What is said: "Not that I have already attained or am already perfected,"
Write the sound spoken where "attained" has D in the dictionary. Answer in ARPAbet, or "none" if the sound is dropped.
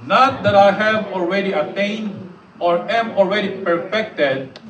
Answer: D